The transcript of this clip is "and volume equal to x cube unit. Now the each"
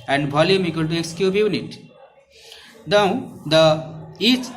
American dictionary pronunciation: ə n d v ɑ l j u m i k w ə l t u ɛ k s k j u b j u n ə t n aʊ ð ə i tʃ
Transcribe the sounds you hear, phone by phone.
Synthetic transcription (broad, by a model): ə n d b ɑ l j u m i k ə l t u ɛ k s k j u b j u n ə t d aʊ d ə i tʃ